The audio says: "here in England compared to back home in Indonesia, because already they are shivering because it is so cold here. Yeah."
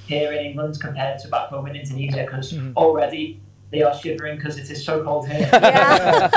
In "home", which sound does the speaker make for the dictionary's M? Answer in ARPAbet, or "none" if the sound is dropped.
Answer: none